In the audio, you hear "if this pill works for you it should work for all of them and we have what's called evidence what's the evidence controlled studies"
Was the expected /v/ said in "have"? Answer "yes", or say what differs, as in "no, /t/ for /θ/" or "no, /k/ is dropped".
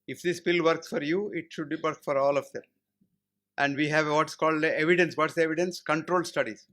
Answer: yes